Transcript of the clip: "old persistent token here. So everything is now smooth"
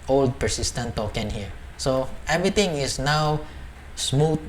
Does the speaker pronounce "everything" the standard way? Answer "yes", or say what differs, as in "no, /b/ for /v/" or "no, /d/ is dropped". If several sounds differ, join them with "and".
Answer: no, /t/ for /θ/